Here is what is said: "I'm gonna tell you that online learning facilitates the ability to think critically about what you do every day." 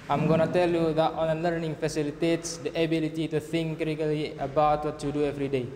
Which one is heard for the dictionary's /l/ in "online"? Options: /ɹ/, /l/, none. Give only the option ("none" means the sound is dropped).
none